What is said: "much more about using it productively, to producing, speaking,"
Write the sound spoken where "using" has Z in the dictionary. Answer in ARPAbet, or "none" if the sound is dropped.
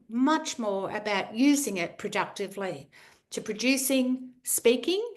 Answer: Z